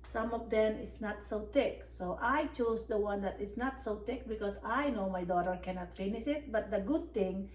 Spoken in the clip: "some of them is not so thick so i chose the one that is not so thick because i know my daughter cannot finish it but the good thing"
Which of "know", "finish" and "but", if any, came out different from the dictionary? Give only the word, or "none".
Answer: finish